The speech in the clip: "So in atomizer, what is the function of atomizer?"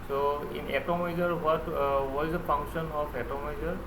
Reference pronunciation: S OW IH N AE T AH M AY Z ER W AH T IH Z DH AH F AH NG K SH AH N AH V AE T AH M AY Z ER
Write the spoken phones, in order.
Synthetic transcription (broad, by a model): S OW IH N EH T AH M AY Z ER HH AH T IH Z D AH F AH NG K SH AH N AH P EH T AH M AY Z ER